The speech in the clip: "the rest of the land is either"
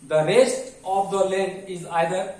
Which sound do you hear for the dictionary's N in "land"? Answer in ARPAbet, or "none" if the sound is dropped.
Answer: none